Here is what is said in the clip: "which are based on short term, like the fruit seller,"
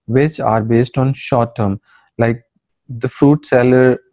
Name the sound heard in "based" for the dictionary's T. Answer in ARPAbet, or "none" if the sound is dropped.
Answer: T